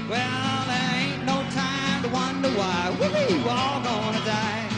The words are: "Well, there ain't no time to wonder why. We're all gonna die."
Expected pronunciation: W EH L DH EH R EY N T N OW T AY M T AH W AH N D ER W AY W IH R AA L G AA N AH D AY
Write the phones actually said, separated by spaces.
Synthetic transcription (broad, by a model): W EH L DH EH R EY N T N OW T AY M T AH W AH N D ER W AY W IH L AA L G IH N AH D AY